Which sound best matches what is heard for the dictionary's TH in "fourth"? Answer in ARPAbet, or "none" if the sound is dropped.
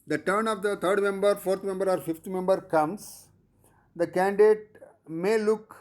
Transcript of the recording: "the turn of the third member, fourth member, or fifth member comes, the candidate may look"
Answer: T